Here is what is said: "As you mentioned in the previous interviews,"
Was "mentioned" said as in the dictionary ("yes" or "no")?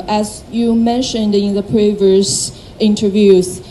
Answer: yes